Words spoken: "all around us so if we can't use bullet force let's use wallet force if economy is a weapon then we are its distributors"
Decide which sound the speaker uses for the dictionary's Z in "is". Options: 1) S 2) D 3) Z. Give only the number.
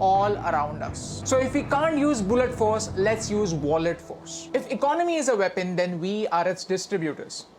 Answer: 3